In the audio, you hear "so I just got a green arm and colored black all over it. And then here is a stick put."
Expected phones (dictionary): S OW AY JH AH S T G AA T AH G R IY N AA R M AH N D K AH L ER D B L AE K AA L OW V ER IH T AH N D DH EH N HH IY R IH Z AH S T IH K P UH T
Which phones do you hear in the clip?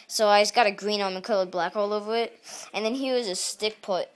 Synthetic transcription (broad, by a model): S OW AY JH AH S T G AA T AH G R IY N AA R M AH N K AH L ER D B L AE K AA L OW V ER IH T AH N DH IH N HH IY W IH Z AH S T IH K P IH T